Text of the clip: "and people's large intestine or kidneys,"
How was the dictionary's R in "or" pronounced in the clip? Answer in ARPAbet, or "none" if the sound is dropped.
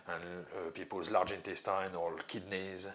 L